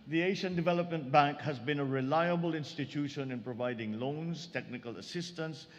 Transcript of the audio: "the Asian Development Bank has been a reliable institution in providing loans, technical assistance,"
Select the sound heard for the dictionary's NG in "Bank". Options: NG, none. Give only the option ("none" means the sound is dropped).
NG